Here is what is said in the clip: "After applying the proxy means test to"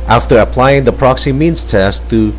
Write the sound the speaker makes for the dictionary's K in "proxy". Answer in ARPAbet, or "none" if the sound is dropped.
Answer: K